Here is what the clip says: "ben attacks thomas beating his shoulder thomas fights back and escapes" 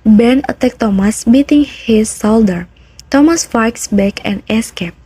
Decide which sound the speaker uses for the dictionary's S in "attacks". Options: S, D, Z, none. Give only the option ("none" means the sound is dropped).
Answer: none